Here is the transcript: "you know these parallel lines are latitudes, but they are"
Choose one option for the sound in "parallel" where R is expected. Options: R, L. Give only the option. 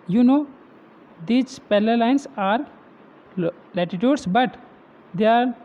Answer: L